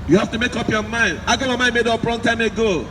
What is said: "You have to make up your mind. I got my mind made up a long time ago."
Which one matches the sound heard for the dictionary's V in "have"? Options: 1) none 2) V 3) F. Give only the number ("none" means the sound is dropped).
3